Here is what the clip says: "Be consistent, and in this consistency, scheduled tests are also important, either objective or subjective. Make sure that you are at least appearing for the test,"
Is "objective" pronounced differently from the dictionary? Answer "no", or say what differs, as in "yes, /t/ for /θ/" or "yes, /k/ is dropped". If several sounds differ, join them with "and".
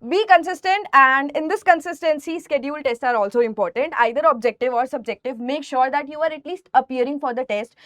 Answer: no